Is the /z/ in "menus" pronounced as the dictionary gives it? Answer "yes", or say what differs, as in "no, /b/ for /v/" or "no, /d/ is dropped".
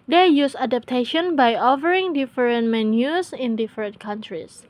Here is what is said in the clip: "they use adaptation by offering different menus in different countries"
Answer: no, /s/ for /z/